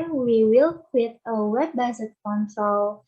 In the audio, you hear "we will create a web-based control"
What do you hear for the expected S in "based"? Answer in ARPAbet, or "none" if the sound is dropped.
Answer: none